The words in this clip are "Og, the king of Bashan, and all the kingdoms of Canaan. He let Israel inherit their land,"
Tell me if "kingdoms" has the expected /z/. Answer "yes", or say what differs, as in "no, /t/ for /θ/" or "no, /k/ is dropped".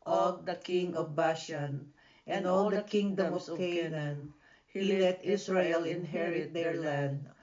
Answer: no, /z/ is dropped